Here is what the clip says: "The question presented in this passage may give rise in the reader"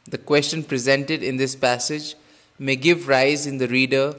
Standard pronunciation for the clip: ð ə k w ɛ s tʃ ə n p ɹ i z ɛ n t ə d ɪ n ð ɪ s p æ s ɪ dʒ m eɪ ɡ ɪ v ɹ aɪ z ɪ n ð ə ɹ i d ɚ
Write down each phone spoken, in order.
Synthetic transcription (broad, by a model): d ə k w ɛ s tʃ ə n p ɹ i z ɛ n t ə d ɪ n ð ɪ s p æ s ɪ dʒ m eɪ ɡ ɪ v ɹ aɪ z ɪ n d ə ɹ i d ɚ